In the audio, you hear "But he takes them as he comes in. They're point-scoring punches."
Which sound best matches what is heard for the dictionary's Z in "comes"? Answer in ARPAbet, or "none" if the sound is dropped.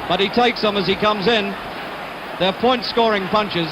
Z